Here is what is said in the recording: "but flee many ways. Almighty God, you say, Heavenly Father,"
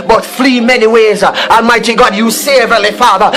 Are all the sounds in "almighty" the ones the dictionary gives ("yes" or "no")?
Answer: no